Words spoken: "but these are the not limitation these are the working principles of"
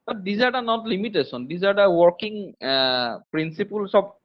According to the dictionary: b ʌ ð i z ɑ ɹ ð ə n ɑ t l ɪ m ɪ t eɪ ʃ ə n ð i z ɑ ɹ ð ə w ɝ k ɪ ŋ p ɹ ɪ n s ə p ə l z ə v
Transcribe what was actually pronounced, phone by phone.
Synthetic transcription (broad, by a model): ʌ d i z ɑ ɹ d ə n ɑ t l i m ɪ t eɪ s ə n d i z ɑ ɹ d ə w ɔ k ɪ ŋ p ɹ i n s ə p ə l s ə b